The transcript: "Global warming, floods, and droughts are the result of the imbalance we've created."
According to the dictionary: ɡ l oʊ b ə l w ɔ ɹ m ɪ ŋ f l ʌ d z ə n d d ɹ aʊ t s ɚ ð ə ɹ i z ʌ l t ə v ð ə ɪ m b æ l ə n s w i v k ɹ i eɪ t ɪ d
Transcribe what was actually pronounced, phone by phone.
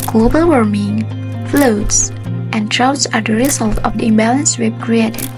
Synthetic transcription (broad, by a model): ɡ l oʊ b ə l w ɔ ɹ m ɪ ŋ f l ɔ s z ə n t ɹ aʊ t s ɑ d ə ɹ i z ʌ l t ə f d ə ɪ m b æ l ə n s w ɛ b k ɹ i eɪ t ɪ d